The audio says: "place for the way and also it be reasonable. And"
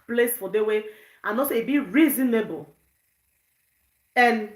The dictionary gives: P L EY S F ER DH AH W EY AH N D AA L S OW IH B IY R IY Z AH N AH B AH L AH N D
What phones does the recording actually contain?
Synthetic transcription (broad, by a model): P L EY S F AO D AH W EY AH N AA S IH B IY R IY Z AH N AH B AH L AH N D